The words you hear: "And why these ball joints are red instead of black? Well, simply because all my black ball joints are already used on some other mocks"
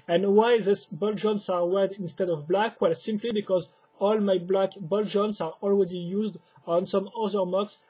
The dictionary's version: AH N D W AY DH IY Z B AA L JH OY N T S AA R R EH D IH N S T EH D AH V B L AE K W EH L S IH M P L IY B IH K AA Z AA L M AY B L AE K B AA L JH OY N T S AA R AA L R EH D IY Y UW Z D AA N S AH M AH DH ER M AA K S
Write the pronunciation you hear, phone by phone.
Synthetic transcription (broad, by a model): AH N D W AY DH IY S B AA L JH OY N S AA R W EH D IH N S T EH D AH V B L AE K W EH L S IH M P L IY B IH K AA Z AA L M AY B L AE K B AA L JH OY N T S AA R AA L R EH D IY Y UW Z D AA N S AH M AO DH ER M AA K S